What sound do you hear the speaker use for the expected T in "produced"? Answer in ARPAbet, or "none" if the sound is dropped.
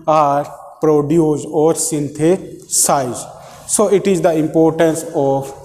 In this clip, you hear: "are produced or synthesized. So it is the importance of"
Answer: none